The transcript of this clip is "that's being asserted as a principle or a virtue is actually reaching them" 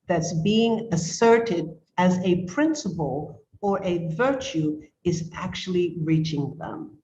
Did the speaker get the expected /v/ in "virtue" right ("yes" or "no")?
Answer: yes